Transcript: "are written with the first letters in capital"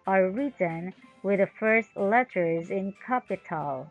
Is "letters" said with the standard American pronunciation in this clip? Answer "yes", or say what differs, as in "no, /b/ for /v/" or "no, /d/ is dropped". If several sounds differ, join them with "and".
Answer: yes